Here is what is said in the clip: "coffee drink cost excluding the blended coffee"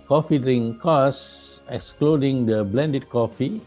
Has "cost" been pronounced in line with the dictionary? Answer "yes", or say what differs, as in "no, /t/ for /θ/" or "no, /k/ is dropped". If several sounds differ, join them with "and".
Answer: no, /t/ is dropped